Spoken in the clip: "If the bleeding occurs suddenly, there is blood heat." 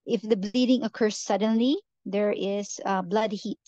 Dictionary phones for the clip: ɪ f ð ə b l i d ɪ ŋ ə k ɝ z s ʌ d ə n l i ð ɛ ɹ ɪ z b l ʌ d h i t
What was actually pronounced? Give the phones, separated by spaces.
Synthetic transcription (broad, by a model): ɪ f ð ə b l i d ɪ ŋ ə k ɝ z s ʌ d ə n l i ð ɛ ɹ ɪ z b l ʌ d h i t